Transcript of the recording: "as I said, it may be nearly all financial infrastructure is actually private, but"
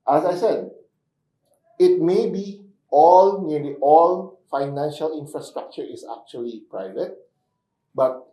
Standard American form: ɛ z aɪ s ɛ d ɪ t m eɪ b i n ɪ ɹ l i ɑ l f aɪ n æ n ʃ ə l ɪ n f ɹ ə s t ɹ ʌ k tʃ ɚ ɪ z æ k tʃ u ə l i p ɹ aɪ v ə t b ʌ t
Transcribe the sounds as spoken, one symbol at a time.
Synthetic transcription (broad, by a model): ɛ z aɪ s ɛ d ɪ t m eɪ b i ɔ l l i ɑ l f aɪ n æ n ʃ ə l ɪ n f ɹ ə s t ɹ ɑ k tʃ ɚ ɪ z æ k tʃ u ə l i p ɹ aɪ v ə t b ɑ t